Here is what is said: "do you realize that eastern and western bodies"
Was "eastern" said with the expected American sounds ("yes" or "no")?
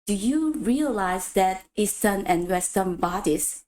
no